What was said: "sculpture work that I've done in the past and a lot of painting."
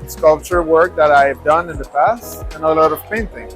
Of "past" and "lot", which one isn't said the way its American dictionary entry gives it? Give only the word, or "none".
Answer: none